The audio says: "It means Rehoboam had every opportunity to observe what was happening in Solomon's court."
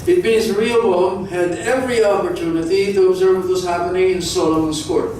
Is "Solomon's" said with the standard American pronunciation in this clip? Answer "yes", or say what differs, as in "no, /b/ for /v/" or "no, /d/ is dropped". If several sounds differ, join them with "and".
no, /l/ is dropped